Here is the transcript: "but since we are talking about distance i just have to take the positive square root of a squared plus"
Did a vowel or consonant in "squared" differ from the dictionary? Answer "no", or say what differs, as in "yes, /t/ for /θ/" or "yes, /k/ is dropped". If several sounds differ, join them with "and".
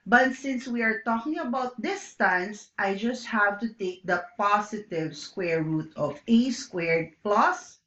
no